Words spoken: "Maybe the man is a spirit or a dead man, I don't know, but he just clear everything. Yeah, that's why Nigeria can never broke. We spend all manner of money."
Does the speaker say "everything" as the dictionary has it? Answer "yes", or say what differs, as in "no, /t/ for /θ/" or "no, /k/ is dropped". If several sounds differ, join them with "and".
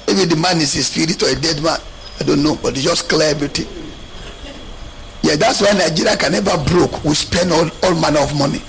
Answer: no, /t/ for /θ/